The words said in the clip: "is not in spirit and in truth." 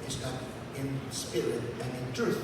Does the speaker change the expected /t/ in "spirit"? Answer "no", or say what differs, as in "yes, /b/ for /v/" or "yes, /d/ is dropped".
yes, /t/ is dropped